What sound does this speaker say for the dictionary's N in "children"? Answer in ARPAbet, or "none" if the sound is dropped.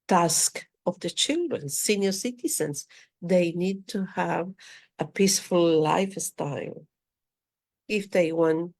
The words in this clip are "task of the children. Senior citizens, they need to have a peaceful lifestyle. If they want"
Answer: N